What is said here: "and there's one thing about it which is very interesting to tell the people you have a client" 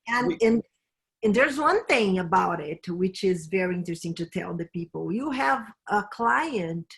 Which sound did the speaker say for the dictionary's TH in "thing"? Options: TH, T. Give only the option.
TH